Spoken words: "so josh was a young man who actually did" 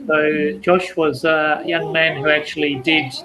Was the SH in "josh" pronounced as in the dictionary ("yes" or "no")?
yes